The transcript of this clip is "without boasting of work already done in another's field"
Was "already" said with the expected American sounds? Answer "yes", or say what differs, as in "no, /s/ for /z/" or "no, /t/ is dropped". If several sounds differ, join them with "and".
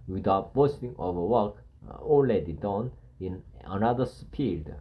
no, /l/ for /ɹ/